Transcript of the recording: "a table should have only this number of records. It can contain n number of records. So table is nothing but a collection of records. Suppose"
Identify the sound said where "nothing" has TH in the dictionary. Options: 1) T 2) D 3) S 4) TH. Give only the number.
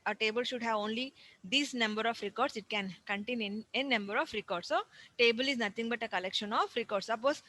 1